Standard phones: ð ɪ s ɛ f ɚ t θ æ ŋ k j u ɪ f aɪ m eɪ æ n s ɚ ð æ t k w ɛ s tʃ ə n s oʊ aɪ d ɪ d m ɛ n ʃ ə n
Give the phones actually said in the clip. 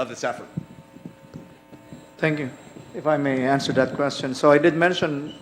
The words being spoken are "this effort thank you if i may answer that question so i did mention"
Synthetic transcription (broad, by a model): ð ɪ s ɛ f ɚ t t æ ŋ k j u ɪ f aɪ m eɪ æ n s ɚ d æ t k w ɛ s tʃ ə n s oʊ aɪ d ɪ d m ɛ n ʃ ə n